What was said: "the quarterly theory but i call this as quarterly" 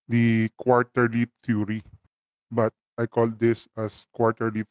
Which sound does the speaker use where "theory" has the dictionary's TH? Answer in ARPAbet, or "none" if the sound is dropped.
T